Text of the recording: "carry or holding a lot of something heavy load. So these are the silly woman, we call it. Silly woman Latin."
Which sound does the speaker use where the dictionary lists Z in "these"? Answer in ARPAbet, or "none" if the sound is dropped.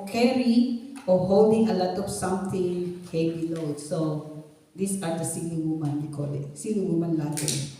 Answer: S